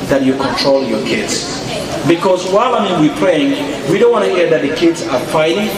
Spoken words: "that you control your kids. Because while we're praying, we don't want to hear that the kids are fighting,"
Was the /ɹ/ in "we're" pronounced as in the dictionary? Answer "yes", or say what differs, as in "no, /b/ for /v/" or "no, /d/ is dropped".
no, /w/ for /ɹ/